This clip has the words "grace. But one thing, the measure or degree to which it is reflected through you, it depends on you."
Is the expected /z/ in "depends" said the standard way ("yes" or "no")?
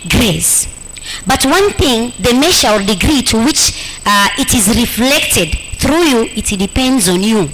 yes